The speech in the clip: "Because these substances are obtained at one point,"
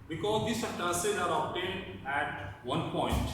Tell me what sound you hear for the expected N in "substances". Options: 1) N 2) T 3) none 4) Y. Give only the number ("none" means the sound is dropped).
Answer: 3